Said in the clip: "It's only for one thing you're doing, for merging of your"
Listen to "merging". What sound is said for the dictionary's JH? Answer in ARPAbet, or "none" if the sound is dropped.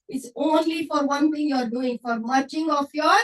CH